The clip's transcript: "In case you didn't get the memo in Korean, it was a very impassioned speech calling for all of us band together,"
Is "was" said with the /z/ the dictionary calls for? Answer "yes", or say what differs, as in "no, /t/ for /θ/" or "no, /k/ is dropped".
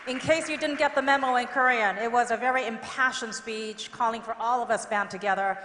yes